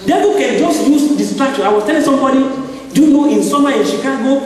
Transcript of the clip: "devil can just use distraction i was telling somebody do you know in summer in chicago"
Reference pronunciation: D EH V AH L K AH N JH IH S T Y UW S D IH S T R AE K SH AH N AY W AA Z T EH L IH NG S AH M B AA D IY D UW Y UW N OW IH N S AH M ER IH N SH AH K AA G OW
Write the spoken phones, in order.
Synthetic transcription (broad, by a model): D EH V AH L K AH N JH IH S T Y UW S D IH S T R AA K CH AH AY W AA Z T EH L IH NG S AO M B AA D IY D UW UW N OW IH N S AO M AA IH N SH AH K AA G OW